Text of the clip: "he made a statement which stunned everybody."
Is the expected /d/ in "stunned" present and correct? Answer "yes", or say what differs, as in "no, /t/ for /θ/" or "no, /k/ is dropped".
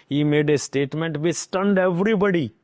yes